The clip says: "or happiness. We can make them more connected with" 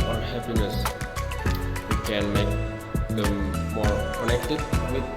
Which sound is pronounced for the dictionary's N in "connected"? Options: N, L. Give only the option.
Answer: L